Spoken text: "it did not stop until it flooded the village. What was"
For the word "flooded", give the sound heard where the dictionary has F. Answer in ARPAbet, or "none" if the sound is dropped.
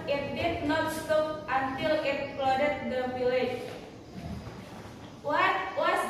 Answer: P